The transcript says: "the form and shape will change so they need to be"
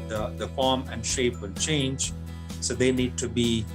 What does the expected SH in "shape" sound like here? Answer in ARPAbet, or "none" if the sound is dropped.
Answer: SH